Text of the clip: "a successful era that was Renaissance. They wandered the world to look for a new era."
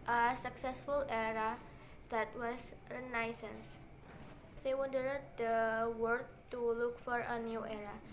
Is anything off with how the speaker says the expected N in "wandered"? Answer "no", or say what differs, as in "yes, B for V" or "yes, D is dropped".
yes, N is dropped